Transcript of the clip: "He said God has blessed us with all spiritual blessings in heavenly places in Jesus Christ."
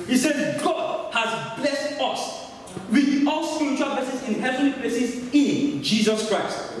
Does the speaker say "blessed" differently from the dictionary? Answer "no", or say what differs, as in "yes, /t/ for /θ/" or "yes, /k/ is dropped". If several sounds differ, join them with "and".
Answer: no